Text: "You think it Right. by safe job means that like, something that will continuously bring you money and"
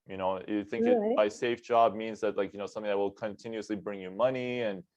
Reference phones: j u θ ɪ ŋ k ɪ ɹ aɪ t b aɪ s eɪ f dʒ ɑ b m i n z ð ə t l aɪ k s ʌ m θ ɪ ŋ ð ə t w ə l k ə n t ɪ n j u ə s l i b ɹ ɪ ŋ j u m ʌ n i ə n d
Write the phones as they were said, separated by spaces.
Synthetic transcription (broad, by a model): j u θ ɪ ŋ k ɪ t b aɪ s eɪ f dʒ ɑ b m i n z ð ə t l aɪ k s ʌ m θ ɪ ŋ ð ə t w ə l k ə n t ɪ n j u ə s l i b ɹ ɪ ŋ j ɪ m ʌ n i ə n